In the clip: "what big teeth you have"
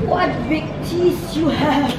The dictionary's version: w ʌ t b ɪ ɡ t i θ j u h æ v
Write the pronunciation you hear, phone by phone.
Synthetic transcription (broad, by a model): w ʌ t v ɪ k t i s j u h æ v